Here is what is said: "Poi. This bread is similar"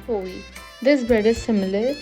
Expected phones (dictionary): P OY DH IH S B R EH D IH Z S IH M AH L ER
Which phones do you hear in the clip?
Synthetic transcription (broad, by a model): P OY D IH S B EH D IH S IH M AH L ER